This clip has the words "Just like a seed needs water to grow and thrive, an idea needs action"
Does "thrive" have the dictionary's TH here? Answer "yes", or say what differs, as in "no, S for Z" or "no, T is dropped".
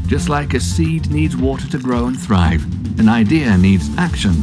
yes